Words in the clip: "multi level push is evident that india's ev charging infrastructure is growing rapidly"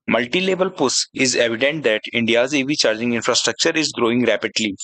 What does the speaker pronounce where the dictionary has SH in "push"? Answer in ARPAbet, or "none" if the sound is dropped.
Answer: S